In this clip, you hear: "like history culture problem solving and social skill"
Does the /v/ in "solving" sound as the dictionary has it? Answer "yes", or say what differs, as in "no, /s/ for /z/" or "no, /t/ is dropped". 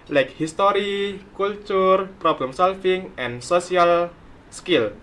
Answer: no, /f/ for /v/